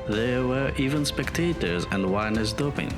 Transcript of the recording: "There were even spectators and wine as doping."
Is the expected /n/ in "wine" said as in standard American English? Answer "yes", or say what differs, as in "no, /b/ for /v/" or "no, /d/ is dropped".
yes